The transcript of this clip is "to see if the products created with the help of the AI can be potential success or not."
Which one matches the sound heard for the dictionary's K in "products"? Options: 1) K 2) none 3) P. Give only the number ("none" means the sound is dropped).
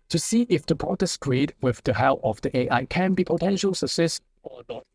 2